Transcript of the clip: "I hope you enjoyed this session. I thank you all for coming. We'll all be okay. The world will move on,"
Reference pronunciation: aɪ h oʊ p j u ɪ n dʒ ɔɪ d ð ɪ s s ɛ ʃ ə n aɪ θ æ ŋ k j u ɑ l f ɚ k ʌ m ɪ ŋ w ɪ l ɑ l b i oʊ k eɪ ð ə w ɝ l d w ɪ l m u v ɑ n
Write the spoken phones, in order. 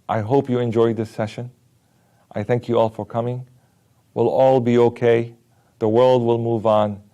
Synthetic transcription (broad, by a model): aɪ h oʊ p j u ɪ n dʒ ɔɪ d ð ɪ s s ɛ ʃ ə n aɪ θ æ ŋ k j u ɑ l f ɚ k ʌ m ɪ ŋ w ɪ l ɑ l b i oʊ k eɪ ð ə w ɝ l d w ɪ l m u v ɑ n